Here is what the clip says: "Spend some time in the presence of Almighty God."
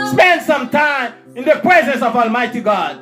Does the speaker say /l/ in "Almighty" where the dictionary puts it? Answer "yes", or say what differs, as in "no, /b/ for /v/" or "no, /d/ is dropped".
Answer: yes